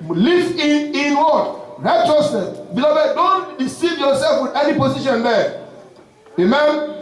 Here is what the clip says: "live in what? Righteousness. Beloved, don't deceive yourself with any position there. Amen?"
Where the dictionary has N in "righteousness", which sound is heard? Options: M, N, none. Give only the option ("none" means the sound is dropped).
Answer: none